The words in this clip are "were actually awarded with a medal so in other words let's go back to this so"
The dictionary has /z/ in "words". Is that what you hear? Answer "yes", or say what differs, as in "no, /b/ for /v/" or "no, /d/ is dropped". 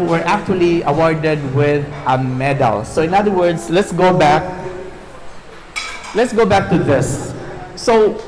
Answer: no, /s/ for /z/